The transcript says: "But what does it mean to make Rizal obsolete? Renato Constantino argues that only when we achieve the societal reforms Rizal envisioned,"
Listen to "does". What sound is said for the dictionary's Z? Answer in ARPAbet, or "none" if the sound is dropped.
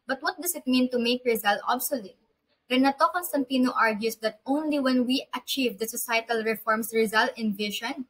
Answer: S